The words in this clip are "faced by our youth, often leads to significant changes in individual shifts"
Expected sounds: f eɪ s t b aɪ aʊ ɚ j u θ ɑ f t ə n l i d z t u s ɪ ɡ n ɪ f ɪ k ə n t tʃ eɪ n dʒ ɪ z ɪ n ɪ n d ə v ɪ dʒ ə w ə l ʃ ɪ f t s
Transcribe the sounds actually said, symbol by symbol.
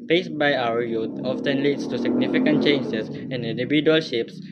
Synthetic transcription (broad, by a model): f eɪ s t b aɪ aʊ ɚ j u t ɑ f t ə n l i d s t u s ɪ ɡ n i f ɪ k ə n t tʃ eɪ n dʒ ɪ s ɪ n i n d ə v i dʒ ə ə l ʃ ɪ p s